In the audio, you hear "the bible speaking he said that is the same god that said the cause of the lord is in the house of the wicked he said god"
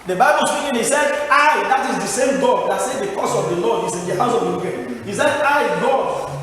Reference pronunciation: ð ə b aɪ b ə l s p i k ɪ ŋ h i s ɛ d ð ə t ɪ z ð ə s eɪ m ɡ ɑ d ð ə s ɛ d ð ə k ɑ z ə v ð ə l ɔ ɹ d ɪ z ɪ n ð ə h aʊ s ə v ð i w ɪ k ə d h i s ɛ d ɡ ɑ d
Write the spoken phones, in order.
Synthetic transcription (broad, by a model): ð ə b aɪ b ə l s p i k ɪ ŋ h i s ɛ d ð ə t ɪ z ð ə s eɪ m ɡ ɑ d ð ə s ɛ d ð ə k ɑ s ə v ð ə l ɔ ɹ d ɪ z ɪ n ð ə h aʊ s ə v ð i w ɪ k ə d h i s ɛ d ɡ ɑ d